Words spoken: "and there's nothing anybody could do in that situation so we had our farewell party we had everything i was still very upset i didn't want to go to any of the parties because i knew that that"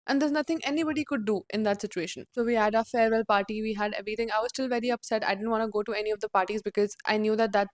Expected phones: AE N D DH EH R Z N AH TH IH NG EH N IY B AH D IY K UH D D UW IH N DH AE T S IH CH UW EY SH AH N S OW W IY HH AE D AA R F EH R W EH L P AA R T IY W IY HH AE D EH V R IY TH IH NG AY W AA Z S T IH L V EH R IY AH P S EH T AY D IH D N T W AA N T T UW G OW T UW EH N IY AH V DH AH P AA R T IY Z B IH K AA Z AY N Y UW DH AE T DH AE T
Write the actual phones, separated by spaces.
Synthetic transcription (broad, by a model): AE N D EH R Z N AH T IH NG EH N IY B AH D IY K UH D D UW IH N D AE T S IH CH UW EY SH AH N S OW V IY HH AE D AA F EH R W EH L P AA R T IY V IY HH AE D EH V R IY T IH NG AY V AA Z S T IH L V EH R IY AH P S EH T AY D IH D N T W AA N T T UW G OW T UW EH N IY AH V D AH P AA R T IY Z B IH K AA Z AY N Y UW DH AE T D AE T